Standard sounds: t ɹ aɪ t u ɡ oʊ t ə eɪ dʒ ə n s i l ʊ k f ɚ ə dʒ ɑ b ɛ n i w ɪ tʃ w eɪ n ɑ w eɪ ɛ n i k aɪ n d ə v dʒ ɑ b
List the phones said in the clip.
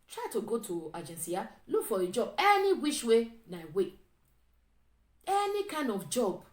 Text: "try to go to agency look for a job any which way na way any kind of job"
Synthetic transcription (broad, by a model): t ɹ aɪ t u ɡ oʊ t ə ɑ dʒ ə n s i l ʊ k f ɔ ə dʒ ɑ b ɛ n i w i ʃ w eɪ n ɑ w eɪ ɛ n i k aɪ n d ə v dʒ ɑ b